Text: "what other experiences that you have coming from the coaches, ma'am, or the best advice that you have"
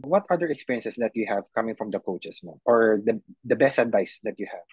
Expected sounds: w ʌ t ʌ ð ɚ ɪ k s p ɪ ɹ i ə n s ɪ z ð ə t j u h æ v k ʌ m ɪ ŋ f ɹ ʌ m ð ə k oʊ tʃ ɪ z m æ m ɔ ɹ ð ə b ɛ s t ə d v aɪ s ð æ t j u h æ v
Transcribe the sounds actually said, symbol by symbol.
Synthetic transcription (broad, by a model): w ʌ t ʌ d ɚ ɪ k s p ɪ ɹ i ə n s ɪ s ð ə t j u h æ v k ʌ m ɪ ŋ f ɹ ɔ m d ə k oʊ tʃ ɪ s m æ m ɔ ɹ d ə b ɛ s t ə d v aɪ s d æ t j u h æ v